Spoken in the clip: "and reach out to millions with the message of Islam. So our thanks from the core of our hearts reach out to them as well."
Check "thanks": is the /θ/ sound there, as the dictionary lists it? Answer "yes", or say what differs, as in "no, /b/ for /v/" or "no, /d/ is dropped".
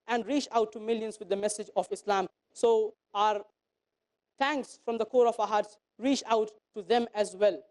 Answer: no, /t/ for /θ/